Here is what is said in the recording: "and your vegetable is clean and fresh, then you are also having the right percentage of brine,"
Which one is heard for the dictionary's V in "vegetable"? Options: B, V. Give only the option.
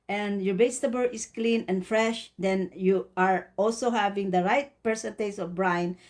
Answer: B